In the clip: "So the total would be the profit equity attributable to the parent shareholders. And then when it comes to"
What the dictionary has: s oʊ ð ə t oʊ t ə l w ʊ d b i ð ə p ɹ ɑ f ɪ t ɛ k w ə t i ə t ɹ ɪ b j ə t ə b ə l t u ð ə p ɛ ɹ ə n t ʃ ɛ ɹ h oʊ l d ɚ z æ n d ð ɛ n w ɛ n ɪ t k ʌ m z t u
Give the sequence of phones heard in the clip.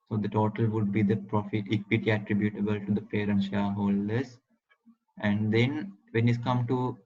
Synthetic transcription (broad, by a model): s oʊ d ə t oʊ t ə l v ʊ d b i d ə p ɹ ɑ f ɪ t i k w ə t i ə t ɹ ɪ b j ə t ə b ə l t u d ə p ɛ ɹ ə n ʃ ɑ h oʊ l d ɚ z æ n d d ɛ n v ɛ n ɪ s k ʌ m t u